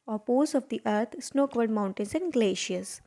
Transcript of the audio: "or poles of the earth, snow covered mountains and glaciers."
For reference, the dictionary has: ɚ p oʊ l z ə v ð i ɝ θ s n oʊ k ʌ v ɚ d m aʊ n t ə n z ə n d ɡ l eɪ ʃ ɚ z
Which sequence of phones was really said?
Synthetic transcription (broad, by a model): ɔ p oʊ z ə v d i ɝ t s n oʊ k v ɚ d m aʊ n t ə n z ə n d ɡ l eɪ ʃ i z